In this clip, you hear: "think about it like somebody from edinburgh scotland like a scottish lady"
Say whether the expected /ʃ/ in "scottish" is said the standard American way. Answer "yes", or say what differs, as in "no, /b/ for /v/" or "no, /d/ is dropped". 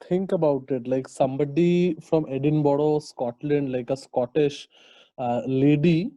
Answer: yes